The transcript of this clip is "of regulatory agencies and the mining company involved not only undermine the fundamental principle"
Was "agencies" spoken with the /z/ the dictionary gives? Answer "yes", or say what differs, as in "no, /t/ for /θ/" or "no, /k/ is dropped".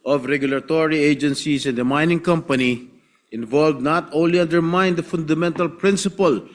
no, /s/ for /z/